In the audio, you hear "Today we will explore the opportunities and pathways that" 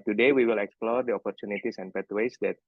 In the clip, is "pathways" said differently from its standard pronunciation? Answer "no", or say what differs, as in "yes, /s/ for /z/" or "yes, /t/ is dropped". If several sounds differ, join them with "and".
yes, /t/ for /θ/